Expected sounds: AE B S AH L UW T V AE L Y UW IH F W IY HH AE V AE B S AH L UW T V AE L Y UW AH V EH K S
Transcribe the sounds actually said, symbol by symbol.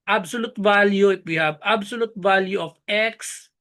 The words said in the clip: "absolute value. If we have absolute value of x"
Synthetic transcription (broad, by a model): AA B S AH L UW T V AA L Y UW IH P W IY HH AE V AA B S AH L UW T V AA L Y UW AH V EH K S